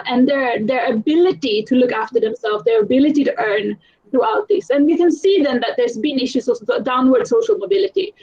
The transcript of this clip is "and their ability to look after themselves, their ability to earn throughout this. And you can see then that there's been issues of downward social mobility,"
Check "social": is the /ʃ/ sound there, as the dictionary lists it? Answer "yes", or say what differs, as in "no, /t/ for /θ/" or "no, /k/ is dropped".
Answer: yes